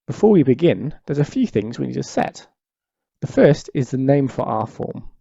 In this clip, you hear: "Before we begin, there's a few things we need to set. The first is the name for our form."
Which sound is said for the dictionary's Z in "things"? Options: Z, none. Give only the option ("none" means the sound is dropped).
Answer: Z